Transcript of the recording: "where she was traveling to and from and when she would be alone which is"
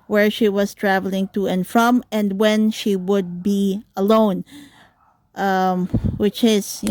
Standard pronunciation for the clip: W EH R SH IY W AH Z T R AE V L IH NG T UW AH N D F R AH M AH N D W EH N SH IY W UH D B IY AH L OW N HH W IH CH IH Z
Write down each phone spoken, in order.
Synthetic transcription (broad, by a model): W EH R SH IY W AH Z T R AE V L IH NG T UW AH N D F R AH M AH N D W EH N SH IY W UH D B IY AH L OW N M W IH CH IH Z